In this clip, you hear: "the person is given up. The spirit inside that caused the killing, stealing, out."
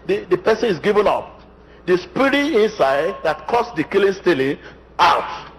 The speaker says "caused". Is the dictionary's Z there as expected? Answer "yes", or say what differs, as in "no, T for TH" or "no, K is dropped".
no, S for Z